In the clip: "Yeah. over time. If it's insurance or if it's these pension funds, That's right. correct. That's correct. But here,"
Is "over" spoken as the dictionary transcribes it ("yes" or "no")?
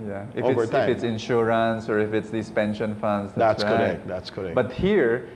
no